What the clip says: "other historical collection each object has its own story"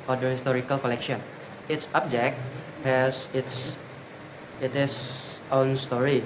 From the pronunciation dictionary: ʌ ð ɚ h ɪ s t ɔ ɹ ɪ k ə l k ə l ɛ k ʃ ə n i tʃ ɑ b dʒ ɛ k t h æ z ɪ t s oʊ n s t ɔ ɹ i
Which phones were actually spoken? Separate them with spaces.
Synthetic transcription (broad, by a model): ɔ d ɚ h ɪ s t ɔ ɹ ɪ k ə l k ə l ɛ k ʃ ə n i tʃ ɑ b dʒ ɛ k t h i s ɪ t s oʊ n s t ɔ ɹ i